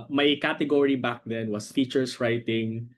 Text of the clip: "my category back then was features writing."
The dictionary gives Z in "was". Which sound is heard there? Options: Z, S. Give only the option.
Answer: S